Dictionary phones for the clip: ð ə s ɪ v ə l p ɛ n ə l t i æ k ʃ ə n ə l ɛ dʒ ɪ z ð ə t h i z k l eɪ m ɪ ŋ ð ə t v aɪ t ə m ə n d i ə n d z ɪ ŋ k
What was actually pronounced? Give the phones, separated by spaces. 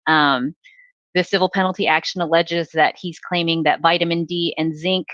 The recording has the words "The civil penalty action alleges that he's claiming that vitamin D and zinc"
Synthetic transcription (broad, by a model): ð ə s ɪ v l p ɛ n l t i æ k ʃ ə n ə l ɛ dʒ ɪ z ð ə t h i z k l eɪ m ɪ ŋ ð ə t v aɪ t ə m ə n d i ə n z ɪ ŋ k